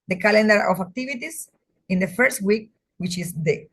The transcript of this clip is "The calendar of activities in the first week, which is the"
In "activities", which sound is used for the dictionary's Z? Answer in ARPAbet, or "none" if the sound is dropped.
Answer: S